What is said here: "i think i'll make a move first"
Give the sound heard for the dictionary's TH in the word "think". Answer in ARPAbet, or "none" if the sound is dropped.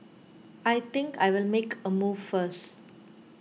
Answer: T